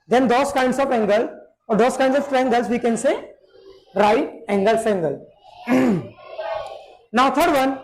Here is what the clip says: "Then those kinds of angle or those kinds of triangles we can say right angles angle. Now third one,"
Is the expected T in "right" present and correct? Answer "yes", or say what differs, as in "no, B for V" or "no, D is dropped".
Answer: no, T is dropped